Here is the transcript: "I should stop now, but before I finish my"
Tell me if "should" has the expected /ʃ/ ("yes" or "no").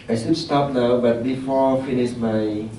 no